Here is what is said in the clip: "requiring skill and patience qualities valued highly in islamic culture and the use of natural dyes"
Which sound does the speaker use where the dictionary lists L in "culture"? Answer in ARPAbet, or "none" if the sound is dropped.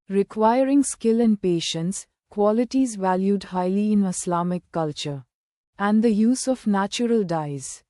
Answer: L